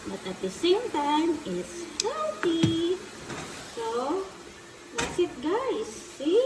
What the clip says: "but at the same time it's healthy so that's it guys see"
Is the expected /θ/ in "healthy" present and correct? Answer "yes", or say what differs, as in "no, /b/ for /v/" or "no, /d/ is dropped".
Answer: no, /t/ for /θ/